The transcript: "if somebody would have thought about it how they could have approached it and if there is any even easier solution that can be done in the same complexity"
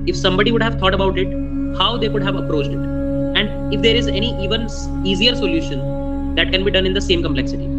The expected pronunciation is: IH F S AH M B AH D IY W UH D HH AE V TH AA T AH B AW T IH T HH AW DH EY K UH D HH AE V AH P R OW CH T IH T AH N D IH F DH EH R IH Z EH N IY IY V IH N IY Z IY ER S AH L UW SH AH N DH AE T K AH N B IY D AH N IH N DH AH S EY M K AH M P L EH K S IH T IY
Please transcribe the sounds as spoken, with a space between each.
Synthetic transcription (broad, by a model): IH F S AH M B AH D IY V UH D HH AE V T AA T AH B AW T IH T HH AW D EY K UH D HH AE V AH P R OW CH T IH T AH N D IH F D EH R IH Z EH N IY IY V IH N IY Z IY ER S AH L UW SH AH N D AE T K AH N B IY D AH N IH N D AH S EY M K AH M P L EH K S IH T IY